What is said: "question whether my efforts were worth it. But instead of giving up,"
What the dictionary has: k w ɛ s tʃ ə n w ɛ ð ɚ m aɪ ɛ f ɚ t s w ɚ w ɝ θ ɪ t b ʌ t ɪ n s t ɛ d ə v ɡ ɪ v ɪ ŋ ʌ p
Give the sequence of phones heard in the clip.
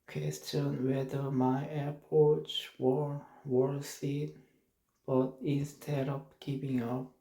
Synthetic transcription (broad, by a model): k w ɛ s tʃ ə n w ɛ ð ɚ m aɪ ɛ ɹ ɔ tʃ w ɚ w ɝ s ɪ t b ʌ t ɪ n s t ɛ d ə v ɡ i p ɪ ŋ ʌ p